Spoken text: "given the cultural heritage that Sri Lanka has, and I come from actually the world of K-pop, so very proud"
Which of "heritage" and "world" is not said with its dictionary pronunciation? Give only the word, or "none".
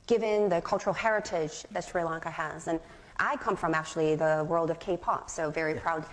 none